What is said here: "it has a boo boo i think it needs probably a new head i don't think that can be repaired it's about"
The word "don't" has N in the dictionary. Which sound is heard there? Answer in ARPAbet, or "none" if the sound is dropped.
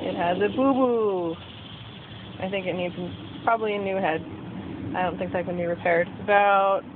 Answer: N